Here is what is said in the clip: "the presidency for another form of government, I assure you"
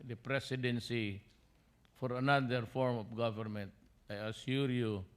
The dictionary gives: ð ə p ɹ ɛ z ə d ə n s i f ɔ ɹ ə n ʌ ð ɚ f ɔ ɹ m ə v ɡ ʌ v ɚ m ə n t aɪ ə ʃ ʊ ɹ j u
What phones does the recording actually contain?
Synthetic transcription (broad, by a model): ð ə p ɹ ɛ s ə d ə n s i f ɔ ɹ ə n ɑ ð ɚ f ɔ ɹ m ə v ɡ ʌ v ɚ m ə n t aɪ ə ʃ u ɹ j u